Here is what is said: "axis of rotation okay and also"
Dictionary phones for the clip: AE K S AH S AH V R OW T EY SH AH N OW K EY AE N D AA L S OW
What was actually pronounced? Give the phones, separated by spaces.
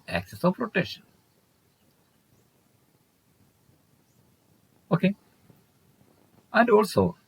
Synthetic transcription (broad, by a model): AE K S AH S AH P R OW T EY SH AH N OW K EY AE N D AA L S OW